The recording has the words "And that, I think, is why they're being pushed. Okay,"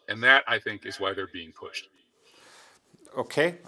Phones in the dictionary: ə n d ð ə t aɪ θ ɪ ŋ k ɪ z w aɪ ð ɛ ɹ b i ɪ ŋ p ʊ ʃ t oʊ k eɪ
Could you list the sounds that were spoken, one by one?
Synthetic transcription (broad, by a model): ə n ð ə t aɪ θ ɪ ŋ k ɪ z w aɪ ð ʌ ɹ b i ɪ ŋ p ʊ ʃ t oʊ k eɪ